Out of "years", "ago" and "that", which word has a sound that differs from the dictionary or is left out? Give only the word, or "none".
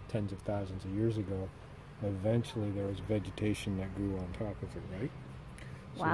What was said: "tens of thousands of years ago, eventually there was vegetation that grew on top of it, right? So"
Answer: none